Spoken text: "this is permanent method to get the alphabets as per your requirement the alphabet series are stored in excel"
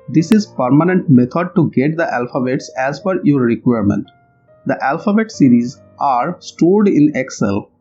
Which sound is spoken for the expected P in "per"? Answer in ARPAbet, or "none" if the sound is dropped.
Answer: F